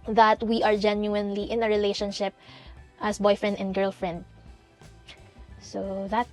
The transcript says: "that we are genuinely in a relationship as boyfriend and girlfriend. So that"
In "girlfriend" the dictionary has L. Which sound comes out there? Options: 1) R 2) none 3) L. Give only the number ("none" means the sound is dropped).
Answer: 3